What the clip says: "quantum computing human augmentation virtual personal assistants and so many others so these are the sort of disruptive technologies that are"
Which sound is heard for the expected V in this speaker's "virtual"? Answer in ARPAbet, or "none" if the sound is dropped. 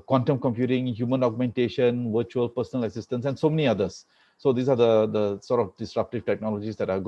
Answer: V